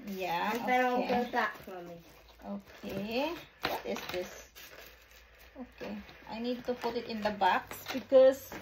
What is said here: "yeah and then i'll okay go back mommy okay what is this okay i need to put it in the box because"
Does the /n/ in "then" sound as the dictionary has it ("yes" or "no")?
no